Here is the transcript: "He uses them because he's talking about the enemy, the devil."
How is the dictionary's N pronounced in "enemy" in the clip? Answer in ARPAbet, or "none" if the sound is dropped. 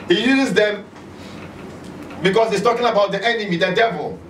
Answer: N